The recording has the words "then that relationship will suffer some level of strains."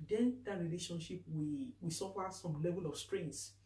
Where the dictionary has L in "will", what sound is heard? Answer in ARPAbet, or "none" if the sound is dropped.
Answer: W